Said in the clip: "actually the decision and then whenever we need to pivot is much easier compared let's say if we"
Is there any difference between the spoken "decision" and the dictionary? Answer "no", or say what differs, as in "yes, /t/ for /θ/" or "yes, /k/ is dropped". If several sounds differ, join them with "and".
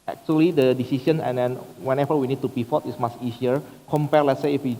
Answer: yes, /s/ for /ʒ/